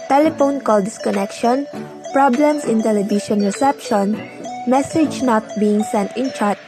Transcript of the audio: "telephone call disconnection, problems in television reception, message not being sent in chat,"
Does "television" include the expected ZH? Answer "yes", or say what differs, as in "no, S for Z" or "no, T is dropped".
no, SH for ZH